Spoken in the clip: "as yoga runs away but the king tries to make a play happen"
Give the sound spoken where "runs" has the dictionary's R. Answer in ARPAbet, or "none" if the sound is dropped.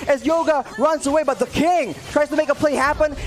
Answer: R